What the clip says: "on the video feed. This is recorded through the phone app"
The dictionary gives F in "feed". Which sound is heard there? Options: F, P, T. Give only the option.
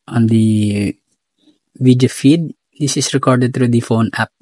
F